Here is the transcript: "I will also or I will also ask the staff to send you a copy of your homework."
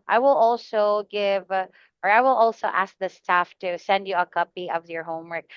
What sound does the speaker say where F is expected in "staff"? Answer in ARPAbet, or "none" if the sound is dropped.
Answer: F